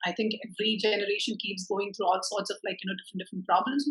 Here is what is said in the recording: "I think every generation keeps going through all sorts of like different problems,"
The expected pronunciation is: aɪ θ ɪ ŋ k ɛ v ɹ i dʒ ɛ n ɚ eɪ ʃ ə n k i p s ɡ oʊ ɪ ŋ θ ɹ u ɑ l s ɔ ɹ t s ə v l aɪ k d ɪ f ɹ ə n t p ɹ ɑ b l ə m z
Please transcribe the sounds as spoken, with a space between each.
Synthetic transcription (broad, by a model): aɪ t ɪ ŋ k ɛ v ɹ i dʒ ɛ n ɚ eɪ ʃ ə n k i p s ɡ oʊ ɪ ŋ t ɹ u ɑ l s ɔ ɹ t s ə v l aɪ k d ɪ f ɹ ə n t p ɹ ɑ b l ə m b